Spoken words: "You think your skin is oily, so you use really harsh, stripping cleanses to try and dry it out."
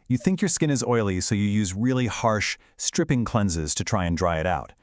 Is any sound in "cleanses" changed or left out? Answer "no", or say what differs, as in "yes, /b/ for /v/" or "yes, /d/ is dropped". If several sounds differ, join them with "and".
no